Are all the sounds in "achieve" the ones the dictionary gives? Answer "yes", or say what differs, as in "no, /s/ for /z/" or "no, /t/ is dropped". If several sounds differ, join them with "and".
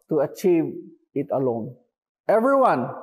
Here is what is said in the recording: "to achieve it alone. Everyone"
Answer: yes